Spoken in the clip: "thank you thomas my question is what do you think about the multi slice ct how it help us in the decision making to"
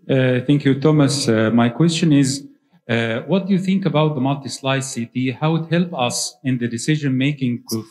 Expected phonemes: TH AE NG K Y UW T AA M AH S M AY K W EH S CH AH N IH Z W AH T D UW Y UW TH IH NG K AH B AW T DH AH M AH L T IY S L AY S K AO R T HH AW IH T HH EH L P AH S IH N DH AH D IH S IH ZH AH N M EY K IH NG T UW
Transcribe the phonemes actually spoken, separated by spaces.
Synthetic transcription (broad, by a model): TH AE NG K Y UW T AA M AH S M AY K W EH S CH AH N IH Z W AH T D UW Y UW TH IH NG K AH B AW T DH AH M AH L T IY S L AY S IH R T HH AW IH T HH EH L P AH S IH N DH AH D IH S IH ZH AH N M EY K IH NG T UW